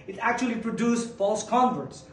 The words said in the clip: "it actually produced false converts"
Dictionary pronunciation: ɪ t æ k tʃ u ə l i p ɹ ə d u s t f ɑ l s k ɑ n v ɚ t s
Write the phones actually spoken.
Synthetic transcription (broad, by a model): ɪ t æ k tʃ u ə l i p ɹ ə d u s f ɑ l s k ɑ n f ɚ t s